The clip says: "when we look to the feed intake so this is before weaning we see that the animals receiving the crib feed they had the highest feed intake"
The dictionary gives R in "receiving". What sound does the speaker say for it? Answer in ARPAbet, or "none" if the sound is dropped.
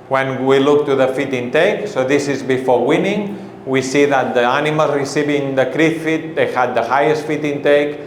R